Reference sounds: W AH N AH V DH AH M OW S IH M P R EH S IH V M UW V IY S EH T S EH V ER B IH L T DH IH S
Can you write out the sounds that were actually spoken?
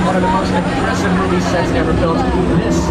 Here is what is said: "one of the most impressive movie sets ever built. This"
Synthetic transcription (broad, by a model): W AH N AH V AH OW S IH P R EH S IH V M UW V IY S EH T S EH V ER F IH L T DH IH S